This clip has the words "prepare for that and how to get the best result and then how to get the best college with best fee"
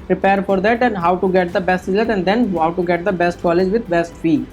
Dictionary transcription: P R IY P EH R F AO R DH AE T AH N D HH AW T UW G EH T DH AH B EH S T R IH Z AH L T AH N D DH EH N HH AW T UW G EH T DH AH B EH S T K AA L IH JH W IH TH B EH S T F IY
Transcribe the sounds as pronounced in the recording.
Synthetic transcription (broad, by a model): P R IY P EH R F AO R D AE T AH N D HH AW T UW G EH T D AH B EH S T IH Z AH T AH N D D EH N HH AW T UW G EH T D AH B EH S T K AA L IH JH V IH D B EH S T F IY